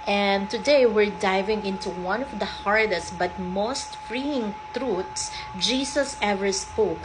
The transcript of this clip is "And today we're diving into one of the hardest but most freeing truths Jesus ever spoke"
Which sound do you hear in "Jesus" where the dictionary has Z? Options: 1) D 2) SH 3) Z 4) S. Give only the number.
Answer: 4